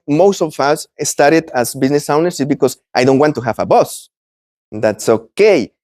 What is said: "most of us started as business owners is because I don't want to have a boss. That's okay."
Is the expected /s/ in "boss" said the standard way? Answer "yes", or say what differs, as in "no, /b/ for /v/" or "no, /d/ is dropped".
yes